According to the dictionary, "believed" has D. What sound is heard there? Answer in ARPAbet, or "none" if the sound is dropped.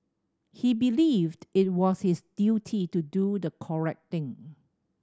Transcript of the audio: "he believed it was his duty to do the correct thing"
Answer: D